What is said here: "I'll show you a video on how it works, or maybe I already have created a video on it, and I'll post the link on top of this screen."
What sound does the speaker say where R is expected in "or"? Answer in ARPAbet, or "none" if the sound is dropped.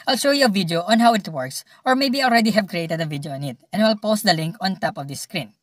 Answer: R